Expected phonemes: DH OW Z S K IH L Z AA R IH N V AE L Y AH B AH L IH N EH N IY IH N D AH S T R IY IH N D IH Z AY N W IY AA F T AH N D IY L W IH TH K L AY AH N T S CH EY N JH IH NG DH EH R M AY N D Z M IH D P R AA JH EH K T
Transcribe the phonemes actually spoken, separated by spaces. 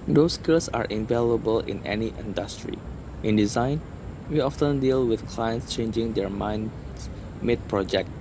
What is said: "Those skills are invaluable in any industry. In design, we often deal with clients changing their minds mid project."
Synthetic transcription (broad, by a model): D OW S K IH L S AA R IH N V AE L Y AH B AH L IH N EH N IY IH N D AH S T R IY IH N D IH Z AY N W IY AA F T AH N D IY L W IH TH K L AY AH N T S CH EY N JH IH NG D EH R M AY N M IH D P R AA JH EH K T